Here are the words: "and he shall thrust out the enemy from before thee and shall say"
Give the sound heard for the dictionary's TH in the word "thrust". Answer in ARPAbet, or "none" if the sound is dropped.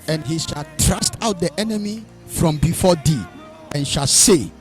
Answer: T